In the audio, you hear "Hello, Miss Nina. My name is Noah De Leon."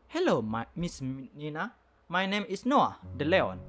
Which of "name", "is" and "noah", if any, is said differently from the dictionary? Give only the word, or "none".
is